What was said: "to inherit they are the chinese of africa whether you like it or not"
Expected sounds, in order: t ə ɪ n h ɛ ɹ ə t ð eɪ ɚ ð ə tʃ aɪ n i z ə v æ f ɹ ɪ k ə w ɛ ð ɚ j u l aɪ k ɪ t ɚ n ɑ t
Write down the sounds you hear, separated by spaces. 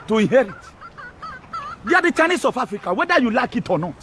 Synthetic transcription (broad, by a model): t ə ɪ n h ɛ ɹ ə t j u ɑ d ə tʃ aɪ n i s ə f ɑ f ɹ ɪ k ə w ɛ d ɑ j u l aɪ k ɪ t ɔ n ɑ